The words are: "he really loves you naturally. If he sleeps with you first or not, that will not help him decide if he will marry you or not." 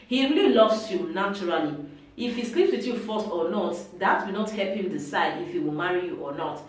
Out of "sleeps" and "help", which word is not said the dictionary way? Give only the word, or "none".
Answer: none